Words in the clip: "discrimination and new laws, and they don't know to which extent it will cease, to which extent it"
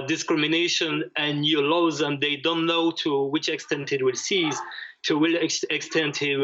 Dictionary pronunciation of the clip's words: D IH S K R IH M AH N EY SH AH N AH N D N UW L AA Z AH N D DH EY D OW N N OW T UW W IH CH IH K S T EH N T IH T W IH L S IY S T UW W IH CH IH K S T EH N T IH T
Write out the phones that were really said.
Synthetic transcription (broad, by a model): D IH S K R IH M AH N EY SH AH N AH N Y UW L AA Z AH N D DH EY D OW N N OW T UW W IH CH IH K S T EH N T IH T W IH L S IY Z T UW W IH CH IH K S T EH N T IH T